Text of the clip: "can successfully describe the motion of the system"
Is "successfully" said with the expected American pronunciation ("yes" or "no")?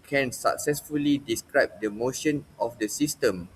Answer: yes